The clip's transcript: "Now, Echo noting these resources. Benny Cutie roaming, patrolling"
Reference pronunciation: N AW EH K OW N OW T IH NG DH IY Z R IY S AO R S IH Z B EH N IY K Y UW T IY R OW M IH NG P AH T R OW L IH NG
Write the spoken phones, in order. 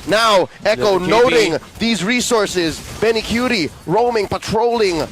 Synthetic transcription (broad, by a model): N AW EH K OW N OW T IH NG DH IY Z R IY S AO R S IH Z B EH N IY K Y UW T IY R OW M IH NG P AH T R OW L IH NG